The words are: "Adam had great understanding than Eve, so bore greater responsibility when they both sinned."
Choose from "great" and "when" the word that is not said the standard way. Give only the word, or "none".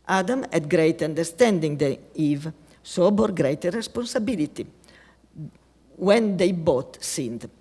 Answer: none